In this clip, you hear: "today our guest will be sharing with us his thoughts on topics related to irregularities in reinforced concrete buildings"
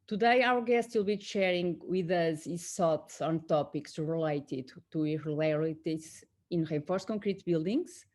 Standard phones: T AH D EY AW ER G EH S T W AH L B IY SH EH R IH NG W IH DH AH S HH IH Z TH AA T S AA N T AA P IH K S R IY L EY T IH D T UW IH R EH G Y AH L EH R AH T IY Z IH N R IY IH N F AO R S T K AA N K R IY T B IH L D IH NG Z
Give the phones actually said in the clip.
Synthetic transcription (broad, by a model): T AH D EY AW ER G EH S T W AH L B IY SH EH R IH NG W IH DH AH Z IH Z S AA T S AA N T AA P IH K S R IY L EY T IH D T UW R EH L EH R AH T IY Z IH N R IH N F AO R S K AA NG K R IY T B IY L D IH NG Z